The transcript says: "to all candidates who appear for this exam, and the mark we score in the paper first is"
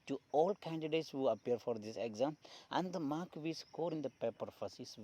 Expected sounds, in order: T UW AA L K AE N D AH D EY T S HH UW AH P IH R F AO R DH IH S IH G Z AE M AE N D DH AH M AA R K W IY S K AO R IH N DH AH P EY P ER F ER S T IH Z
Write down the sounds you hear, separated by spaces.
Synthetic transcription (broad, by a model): T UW AA L K AE N D AH D EY T S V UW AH P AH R F AO R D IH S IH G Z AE M AE N D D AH M AA R K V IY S K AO R IH N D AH P EY P ER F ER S IH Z